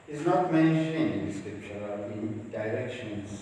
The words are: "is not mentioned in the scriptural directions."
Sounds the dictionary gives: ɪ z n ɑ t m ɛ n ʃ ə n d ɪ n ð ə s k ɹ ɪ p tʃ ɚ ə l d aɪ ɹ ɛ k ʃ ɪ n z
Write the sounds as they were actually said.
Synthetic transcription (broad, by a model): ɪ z n ɑ t m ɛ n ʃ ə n ɪ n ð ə s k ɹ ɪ p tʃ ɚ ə n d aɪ ɹ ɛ k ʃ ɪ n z